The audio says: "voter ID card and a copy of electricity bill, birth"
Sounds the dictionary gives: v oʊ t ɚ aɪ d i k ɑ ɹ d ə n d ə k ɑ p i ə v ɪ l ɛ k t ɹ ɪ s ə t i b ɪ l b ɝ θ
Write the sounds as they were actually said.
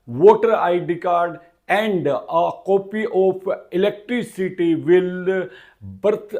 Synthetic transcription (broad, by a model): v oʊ t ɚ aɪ d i k ɑ ɹ d ə n d ə k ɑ p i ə p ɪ l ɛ k t ɹ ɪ s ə t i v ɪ l b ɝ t